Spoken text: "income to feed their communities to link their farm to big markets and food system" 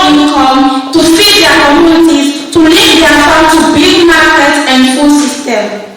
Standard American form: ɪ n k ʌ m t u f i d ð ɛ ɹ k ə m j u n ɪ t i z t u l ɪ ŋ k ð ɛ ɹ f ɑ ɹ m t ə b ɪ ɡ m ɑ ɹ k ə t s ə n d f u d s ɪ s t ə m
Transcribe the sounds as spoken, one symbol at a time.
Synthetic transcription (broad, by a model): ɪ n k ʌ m t u f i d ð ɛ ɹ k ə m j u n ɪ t i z t u l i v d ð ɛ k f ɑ t ə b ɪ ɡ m ɑ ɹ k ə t ə n d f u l s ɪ s t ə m